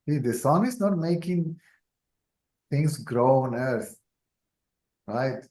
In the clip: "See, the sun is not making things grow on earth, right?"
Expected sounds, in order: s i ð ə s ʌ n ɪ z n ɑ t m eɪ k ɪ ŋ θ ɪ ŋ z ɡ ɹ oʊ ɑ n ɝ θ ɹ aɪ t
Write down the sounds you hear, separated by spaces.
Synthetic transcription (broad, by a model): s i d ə s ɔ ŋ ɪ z n ɑ t m eɪ k ɪ ŋ t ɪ ŋ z ɡ ɹ oʊ ɑ n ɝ s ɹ aɪ t